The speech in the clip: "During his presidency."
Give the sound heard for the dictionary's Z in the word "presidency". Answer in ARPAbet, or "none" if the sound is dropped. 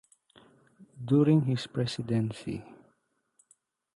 S